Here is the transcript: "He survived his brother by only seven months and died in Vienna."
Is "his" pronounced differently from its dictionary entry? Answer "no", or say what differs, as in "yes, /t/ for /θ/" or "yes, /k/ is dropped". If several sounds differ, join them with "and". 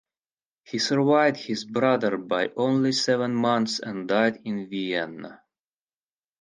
no